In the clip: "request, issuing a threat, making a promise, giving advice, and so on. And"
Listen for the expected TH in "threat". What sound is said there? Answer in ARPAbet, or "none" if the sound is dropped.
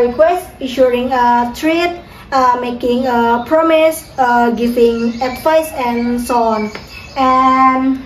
T